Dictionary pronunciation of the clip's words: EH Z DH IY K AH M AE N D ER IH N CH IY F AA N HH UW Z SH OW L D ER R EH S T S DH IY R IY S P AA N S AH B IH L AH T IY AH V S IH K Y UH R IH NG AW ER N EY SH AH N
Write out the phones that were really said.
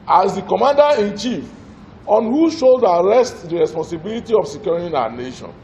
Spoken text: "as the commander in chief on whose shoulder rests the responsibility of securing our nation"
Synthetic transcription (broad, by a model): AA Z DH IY K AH M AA N D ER IH N CH IY F AA N HH UW SH OW D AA R EH S T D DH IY R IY S P AA N S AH B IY L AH T IY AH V S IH K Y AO R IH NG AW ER N EY SH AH N